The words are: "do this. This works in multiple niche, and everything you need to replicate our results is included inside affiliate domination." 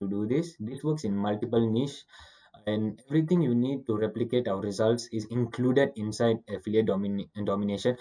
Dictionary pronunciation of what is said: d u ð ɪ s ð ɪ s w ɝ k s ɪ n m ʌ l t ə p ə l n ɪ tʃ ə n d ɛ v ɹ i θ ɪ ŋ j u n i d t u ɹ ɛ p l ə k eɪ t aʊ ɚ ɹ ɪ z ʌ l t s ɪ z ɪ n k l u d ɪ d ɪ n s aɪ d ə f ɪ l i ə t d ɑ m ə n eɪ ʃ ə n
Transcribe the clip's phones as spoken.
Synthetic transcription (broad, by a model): d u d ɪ s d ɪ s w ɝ k s ɪ n m ʌ l t ə p ə l n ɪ ʃ ə n d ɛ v ɹ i t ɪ ŋ j u n i d t u ɹ ɛ p l ə k eɪ t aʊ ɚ ɹ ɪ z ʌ l t s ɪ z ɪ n k l u d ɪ d ɪ n s aɪ d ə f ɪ l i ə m d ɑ m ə n eɪ ʃ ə n